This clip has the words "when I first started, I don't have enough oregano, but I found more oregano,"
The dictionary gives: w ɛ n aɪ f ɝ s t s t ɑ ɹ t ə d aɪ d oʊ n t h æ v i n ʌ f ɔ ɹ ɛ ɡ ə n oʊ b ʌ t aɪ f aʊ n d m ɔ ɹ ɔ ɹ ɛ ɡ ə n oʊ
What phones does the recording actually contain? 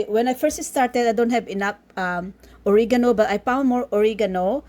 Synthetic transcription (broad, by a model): w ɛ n aɪ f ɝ s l s t ɑ ɹ t ə d aɪ d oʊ n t h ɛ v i n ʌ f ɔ ɹ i ɡ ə n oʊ b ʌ t aɪ p aʊ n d m ɔ ɹ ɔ ɹ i ɡ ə n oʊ